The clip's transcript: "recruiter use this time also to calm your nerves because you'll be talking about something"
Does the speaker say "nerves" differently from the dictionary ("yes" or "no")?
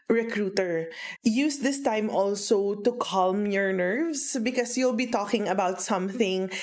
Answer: yes